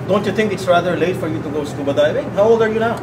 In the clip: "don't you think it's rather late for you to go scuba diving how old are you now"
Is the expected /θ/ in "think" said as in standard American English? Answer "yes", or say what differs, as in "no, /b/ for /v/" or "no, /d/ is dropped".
no, /t/ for /θ/